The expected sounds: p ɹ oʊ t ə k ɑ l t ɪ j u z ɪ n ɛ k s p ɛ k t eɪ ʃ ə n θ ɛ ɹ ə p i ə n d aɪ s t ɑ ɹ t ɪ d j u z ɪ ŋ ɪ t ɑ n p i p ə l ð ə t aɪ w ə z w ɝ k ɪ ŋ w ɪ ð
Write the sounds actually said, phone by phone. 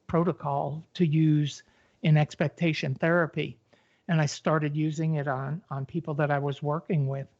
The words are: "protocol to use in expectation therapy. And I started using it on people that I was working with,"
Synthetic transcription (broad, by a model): p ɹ oʊ t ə k ɑ l t ɪ j u z ɪ n ɛ k s p ɛ k t eɪ ʃ ə n θ ɛ ɹ ə p i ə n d aɪ s t ɑ ɹ t ɪ d j u z ɪ ŋ ɪ t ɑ n p i p l ð ə t aɪ w ə z w ɝ k ɪ ŋ w ɪ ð